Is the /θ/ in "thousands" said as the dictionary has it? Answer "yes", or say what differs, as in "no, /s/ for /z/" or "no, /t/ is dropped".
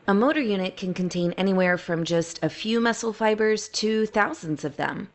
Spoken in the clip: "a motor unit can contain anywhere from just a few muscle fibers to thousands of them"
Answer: yes